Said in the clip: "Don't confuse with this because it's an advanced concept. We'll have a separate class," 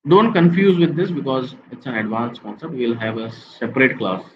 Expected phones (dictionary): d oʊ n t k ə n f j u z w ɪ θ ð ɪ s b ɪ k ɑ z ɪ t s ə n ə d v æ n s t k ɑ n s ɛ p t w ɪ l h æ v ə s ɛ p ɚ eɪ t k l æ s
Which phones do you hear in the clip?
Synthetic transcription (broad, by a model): d oʊ n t k ə n f j u z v ɪ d ɪ s b ɪ k ɑ z ɪ t s ə n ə d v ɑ n s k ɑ n s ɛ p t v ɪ l h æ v ə s ɛ p ɚ eɪ t k l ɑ s